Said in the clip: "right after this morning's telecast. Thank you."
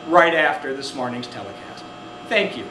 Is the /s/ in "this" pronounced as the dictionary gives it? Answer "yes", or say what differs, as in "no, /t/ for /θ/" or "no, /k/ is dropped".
yes